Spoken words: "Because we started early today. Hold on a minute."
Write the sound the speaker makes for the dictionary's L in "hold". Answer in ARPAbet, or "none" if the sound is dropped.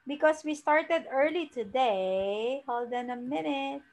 L